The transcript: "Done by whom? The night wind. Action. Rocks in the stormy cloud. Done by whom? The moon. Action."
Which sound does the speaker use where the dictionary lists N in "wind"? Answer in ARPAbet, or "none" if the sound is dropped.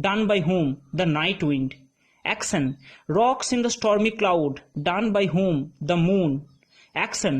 N